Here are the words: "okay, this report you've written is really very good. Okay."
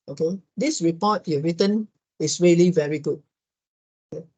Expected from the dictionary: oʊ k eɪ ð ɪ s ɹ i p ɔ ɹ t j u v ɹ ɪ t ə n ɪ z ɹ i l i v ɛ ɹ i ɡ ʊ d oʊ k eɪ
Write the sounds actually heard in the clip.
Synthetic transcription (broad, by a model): oʊ k eɪ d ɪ s ɹ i p ɔ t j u ɹ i t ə n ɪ s ɹ i l i v ɛ ɹ i ɡ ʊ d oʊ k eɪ